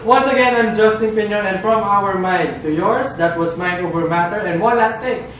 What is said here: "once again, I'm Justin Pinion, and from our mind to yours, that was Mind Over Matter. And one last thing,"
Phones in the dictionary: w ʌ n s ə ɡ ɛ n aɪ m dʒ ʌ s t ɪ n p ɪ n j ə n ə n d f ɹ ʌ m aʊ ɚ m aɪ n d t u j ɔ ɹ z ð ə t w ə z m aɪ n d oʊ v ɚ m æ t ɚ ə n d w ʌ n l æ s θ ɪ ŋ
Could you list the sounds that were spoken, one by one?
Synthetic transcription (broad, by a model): w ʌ n s ə ɡ ɛ n aɪ m dʒ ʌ s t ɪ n p ɪ n j ə n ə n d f ɹ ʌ m aʊ ɚ m aɪ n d t u j ɔ ɹ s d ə t w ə s m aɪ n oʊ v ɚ m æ t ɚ ə n d w ʌ n l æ s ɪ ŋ